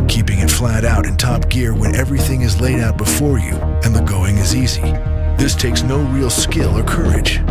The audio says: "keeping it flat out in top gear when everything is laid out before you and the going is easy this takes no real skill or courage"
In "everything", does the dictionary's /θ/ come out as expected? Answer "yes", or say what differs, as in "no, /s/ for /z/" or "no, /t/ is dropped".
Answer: yes